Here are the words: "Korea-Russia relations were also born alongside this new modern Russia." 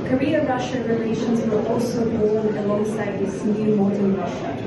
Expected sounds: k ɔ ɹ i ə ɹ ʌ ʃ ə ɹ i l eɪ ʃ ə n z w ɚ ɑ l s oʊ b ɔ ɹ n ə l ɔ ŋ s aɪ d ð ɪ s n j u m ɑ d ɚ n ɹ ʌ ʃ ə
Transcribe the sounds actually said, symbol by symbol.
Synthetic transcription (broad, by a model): k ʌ ɹ i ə ɹ ʌ ʃ ə ɹ i l eɪ ʃ ə n z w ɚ ɑ l s oʊ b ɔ l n ə l ɔ ŋ s aɪ d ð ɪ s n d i m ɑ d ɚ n ɹ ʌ ʃ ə